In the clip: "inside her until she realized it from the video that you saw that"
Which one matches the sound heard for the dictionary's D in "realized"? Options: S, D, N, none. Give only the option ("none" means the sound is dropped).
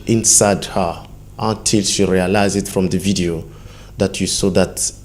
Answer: none